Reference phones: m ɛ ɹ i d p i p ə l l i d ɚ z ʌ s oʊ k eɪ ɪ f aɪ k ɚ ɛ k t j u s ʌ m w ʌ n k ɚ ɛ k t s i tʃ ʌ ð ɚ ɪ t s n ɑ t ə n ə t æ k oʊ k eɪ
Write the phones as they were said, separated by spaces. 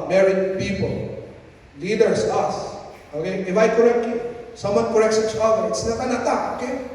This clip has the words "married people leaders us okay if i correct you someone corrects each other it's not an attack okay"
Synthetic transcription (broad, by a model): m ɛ ɹ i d p i p ə l l i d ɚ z ʌ s oʊ k eɪ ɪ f aɪ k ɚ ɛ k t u s ʌ m w ʌ n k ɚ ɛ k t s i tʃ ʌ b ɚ ɪ t s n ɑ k ə n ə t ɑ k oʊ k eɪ